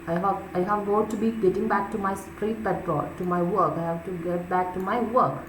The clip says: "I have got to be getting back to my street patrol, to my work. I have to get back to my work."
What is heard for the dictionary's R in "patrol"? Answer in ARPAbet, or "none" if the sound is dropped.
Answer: none